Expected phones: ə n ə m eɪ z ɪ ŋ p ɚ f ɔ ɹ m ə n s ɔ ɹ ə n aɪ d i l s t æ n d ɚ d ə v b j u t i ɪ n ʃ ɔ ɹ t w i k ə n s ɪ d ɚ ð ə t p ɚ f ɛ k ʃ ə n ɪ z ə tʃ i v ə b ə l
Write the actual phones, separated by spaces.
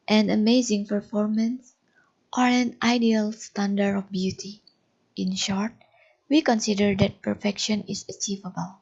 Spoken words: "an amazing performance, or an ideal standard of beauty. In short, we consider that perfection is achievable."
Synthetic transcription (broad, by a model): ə n ə m eɪ z ɪ ŋ p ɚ f ɔ ɹ m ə n s ɔ ɹ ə n aɪ d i l s t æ n d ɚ ə f b j u t i ɪ n ʃ ɔ ɹ t w i k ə n s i d ɚ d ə t p ɚ f ɛ k ʃ ə n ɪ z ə tʃ i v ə b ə l